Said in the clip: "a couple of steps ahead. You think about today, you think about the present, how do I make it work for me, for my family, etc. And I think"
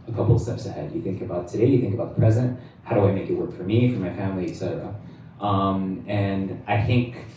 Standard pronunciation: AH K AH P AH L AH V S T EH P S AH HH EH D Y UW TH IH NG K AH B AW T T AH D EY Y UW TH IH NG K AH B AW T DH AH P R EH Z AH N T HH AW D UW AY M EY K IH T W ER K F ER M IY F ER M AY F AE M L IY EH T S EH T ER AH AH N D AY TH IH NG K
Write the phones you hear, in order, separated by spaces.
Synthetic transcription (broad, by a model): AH K AH P L S T EH P S AH HH EH D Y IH TH IH NG K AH B AW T T AH D EY Y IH TH IH NG K AH B AW T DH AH P R EH Z AH N T HH AW D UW AY M EY K IH T W ER K F ER M IY F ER M AY F AE M L IY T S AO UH AH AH N AY TH IH NG K